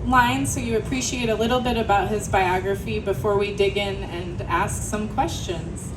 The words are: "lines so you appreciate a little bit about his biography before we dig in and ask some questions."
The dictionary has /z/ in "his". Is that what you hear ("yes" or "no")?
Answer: yes